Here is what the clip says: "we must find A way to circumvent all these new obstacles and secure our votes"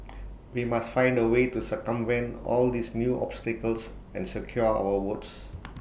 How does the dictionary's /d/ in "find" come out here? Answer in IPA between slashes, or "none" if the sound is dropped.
/d/